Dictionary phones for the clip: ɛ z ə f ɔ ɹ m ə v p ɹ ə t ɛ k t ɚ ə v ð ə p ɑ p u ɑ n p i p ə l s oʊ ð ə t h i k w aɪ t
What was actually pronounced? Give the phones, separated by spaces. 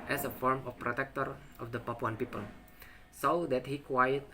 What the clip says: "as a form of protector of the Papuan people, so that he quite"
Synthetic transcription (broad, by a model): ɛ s ə f ɔ ɹ m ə f p ɹ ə t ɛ k t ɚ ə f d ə p ɑ p u ɑ n p i p ə l s oʊ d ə t h i k w aɪ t